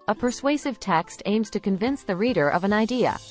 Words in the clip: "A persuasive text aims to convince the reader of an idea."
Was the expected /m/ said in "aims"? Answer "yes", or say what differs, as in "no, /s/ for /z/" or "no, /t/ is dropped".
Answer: yes